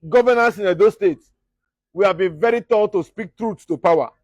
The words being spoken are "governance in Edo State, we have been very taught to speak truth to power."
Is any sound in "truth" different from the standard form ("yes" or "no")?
yes